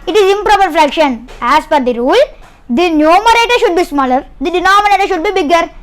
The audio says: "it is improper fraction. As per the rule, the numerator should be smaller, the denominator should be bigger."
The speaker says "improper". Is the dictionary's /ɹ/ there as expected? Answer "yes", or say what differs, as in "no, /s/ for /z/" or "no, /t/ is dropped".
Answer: yes